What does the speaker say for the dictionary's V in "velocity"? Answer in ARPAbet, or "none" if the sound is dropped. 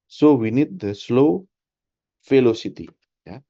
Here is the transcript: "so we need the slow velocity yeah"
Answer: F